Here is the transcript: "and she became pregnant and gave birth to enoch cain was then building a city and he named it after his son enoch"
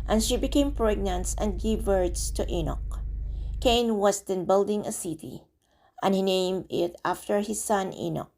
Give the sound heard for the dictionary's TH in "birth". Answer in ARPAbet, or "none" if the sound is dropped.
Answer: S